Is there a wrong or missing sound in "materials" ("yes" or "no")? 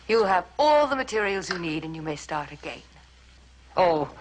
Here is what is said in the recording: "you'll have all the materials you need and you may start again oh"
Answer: no